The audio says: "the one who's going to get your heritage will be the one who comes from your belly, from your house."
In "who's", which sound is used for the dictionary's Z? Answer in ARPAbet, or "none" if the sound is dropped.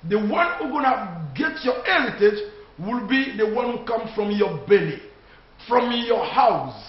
none